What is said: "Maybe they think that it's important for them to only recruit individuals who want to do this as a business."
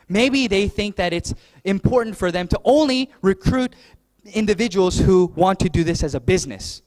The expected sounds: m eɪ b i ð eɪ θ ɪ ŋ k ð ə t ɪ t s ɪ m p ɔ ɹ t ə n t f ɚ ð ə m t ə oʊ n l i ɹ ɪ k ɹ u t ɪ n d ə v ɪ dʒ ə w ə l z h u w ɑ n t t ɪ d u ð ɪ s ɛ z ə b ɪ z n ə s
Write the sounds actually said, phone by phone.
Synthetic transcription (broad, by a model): m eɪ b i ð eɪ θ ɪ ŋ k ð ə t ɪ t s ɪ m p ɔ ɹ t n t f ɚ ð ə m t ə oʊ n l i ɹ ɪ k ɹ u t ɪ n d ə v ɪ dʒ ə w l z h u w ɑ n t t ɪ d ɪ ð ɪ s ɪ z ə b ɪ z n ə s